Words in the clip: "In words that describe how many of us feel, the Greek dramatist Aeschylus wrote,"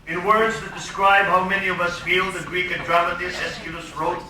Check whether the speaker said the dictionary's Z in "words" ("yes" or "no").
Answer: yes